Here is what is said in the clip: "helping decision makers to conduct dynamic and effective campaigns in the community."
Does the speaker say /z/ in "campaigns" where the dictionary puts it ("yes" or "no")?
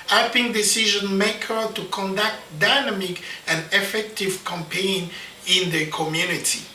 no